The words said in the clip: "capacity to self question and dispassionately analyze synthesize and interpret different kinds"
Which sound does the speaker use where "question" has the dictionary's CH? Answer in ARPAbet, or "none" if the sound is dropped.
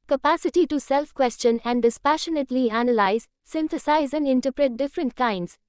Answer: CH